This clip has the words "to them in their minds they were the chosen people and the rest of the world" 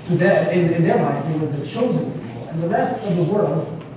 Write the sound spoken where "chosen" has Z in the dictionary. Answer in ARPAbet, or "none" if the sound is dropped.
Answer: Z